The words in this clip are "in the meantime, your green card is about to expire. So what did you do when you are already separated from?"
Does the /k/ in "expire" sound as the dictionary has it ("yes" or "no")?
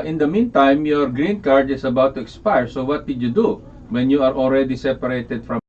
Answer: yes